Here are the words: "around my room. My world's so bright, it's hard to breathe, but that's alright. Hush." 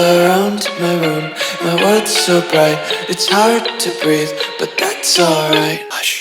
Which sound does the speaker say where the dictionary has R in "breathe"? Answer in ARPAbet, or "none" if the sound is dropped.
R